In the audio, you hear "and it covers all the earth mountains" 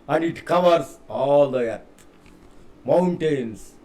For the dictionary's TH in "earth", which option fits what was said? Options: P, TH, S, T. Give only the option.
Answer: T